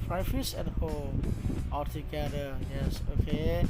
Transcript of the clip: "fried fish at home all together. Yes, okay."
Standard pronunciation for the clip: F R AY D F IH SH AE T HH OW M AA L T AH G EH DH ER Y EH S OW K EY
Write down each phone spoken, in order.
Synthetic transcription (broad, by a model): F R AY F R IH S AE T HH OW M AA L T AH G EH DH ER Y EH S OW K EY